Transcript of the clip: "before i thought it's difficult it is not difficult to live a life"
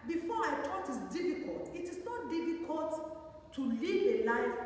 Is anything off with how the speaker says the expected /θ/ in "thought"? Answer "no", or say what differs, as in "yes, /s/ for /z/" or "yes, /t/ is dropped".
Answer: yes, /t/ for /θ/